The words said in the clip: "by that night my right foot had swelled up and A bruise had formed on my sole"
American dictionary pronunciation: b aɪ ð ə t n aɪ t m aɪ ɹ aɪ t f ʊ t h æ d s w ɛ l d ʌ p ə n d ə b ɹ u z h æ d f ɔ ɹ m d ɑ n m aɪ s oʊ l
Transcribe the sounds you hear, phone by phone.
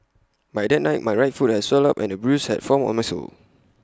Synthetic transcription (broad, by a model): b aɪ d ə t n aɪ t m aɪ ɹ aɪ t f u t h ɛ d s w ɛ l ʌ p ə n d ə b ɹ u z h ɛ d f ɔ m ɑ n m aɪ s oʊ l